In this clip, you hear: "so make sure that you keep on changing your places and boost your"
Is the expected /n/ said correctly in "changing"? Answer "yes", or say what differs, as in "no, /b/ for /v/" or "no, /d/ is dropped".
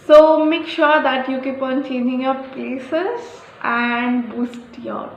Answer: yes